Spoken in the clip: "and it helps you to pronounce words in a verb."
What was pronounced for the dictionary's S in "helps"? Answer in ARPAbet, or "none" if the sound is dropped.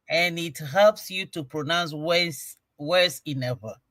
S